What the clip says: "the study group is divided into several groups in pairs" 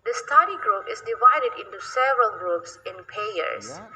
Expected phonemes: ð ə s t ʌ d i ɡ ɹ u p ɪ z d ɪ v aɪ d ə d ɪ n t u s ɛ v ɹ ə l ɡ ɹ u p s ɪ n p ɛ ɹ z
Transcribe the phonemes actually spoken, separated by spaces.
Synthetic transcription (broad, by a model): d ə s t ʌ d i ɡ ɹ u p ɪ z d ɪ v aɪ d ə d ɪ n t u s ɛ v ɹ ə l ɡ ɹ u p s ɪ n p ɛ ɹ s